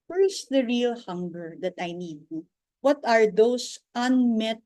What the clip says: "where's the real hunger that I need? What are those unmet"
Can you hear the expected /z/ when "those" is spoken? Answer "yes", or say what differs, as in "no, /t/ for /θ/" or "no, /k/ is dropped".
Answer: no, /s/ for /z/